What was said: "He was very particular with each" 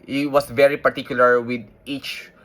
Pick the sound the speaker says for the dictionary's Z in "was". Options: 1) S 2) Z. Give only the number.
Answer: 1